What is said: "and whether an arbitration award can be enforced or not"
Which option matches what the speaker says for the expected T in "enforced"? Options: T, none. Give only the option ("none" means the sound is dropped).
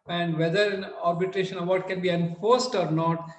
T